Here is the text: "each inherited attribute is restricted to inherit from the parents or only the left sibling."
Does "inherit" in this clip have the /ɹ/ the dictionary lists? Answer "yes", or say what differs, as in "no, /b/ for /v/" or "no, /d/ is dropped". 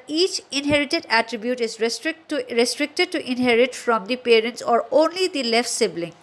yes